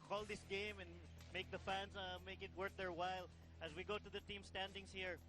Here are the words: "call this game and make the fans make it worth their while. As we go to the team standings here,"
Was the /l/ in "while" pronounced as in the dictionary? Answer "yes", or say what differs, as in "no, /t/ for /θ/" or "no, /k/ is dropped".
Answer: yes